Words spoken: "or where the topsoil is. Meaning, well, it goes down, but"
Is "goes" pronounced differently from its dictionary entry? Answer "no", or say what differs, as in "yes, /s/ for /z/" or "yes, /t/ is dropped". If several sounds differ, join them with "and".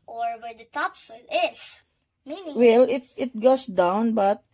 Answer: yes, /s/ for /z/